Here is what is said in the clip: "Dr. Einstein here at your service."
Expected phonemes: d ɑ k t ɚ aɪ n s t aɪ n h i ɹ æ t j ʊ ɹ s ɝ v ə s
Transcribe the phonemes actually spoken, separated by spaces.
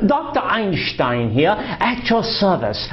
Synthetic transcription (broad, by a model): d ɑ k t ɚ aɪ n ʃ t aɪ n h i ɹ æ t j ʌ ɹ s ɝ v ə s